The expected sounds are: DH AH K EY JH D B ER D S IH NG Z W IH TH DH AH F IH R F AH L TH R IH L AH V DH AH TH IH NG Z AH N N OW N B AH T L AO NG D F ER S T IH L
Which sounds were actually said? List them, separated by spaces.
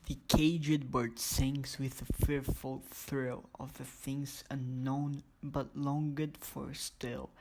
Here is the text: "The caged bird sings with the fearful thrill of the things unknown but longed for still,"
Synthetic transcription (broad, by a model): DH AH K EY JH D B ER D S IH NG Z W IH DH AH F IH R F AH L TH R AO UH AH V DH AH TH IH NG Z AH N N OW N B AH T L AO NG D F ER S T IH L